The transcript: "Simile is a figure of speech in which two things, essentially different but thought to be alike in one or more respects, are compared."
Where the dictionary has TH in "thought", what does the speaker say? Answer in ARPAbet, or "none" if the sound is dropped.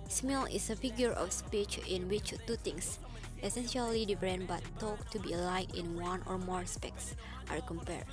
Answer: T